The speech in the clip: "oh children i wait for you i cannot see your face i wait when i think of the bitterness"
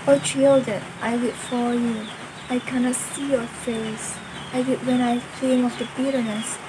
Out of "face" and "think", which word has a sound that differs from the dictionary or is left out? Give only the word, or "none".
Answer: think